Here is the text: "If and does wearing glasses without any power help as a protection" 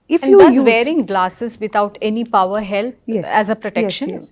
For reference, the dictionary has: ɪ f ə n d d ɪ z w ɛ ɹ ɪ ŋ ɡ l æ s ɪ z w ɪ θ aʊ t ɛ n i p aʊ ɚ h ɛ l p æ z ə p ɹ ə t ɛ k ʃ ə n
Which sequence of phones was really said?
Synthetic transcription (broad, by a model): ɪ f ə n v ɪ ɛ ɹ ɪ ŋ ɡ l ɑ s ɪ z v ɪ t aʊ t ɛ n i p aʊ ɚ h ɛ l æ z ə p ɹ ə t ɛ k ʃ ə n